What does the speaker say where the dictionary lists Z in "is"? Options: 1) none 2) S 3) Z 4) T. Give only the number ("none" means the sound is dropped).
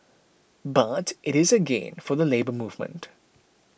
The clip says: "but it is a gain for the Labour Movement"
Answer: 3